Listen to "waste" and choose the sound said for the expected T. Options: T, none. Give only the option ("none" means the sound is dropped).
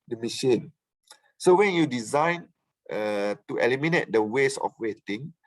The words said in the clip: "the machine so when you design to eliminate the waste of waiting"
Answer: none